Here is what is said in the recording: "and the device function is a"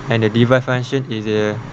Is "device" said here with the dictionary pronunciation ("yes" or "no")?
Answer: no